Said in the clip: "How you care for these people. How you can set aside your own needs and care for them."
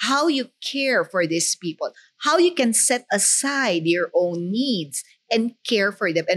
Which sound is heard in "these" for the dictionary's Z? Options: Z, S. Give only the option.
S